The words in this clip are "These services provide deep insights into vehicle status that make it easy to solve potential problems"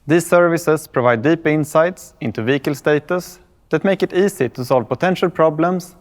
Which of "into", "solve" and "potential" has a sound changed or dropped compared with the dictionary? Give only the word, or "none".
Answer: none